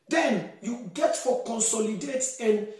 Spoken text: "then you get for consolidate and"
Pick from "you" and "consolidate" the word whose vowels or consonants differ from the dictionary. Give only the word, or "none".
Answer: none